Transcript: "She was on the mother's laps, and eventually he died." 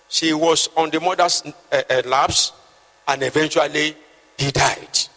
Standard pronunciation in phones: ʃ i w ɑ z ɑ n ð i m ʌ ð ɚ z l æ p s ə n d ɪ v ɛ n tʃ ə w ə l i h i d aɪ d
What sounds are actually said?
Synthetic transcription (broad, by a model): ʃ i w ɑ s ɑ n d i m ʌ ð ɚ s l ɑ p s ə n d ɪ v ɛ n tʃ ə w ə l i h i d aɪ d